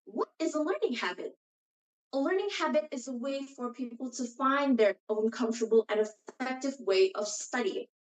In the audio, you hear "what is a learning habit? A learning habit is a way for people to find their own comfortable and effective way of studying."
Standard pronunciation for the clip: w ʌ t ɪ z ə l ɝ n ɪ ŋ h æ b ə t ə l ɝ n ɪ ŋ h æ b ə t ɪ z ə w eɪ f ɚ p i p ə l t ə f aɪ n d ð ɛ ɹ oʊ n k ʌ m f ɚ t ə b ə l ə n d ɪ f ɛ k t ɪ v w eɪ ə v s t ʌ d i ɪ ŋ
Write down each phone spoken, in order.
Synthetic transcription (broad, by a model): w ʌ t ɪ z ə l ɝ n ɪ ŋ h æ b ə t ə l ɝ n ɪ ŋ h æ b ə t ɪ z ə w eɪ f ɚ p i p l t ə f aɪ n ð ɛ ɹ oʊ n k ʌ m f t ə b l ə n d ɪ f ɛ k t ɪ v w eɪ ə v s t ʌ d i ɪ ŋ